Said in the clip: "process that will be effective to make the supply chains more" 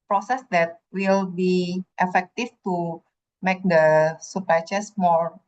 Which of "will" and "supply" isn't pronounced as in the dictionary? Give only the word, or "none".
supply